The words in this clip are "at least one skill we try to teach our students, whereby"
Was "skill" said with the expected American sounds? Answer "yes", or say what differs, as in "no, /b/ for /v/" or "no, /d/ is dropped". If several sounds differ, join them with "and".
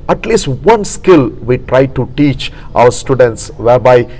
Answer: yes